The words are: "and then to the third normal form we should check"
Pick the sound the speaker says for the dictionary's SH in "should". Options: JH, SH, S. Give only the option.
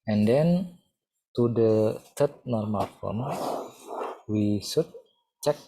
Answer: S